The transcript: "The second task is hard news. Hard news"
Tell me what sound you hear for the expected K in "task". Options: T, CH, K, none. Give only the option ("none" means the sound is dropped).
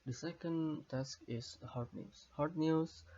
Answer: K